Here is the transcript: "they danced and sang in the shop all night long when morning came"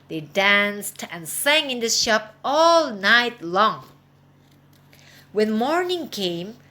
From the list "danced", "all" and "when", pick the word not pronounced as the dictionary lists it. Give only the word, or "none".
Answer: none